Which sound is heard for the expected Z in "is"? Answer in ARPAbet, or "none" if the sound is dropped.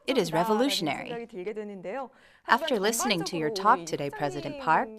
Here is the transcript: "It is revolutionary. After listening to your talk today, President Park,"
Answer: Z